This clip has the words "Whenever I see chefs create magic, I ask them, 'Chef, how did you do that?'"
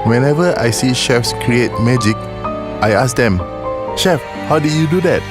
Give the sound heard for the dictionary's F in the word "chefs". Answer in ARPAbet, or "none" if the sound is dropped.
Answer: F